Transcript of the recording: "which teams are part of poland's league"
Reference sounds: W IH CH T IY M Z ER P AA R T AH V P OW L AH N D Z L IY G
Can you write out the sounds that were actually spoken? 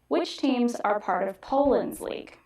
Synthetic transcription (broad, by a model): W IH CH T IY M Z ER P AA R T AH V P OW L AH N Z L IY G